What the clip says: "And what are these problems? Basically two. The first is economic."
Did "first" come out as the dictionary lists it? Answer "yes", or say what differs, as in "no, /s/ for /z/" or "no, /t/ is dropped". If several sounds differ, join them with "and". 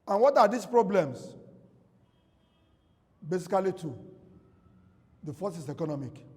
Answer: no, /t/ is dropped